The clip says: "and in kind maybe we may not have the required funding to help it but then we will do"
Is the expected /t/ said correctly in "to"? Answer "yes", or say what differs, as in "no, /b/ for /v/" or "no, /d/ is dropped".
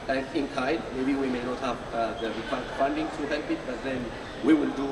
no, /s/ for /t/